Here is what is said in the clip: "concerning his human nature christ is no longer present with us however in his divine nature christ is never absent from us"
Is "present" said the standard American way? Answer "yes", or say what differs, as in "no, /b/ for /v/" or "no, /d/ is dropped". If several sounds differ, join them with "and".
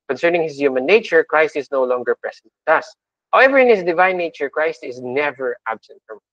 no, /s/ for /z/